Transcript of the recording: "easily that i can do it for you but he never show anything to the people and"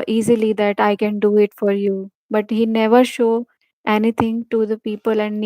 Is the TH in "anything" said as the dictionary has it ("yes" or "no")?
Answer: no